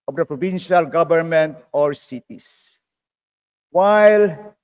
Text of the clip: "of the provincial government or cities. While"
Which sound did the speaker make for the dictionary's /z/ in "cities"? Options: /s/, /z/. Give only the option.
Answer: /s/